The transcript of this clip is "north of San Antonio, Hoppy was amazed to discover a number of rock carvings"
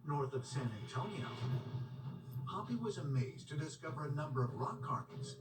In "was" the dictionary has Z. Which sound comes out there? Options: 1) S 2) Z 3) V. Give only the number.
2